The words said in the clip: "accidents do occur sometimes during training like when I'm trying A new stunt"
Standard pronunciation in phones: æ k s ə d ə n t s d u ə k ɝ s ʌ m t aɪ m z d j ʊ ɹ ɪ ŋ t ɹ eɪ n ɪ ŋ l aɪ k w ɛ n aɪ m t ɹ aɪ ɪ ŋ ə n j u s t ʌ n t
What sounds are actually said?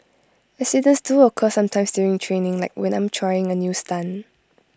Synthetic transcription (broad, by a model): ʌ s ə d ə n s d u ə k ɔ s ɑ m t aɪ m s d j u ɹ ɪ ŋ t ɹ eɪ n ɪ ŋ l aɪ k w ɛ n aɪ m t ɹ aɪ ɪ ŋ ə n j u s t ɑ n